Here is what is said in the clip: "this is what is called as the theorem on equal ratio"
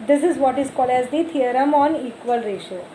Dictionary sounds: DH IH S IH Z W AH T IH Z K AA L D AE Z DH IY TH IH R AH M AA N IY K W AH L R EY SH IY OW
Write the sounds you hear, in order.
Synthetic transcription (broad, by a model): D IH S IH Z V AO T IH Z K AA L D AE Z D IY T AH R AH M AA N IY K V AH L R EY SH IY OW